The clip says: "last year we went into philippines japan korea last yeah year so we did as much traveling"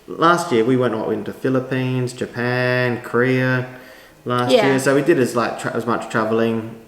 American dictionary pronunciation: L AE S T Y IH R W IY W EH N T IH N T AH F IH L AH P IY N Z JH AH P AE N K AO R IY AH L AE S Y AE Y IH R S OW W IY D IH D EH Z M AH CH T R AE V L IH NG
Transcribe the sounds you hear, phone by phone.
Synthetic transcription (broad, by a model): L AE S T Y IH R W IY W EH N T IH N T AH F IH L AH P IY N Z JH AH P AE N K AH R IY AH L AE S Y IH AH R S OW W IY D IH D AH Z M AH CH T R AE V L IH NG